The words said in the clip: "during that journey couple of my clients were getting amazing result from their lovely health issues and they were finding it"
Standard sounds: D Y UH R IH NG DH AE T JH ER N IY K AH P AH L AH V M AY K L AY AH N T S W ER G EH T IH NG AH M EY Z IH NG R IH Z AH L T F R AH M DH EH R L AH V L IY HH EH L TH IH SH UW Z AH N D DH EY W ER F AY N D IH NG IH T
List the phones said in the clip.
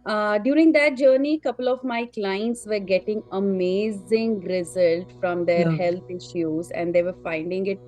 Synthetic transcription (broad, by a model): D Y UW R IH NG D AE T JH ER N IY K AH P AH L AH V M AY K L AY AH N T S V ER G EH T IH NG AH M EY Z IH NG R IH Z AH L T F R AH M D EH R HH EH L T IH SH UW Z AH N D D EY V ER F AY N D IH NG IH T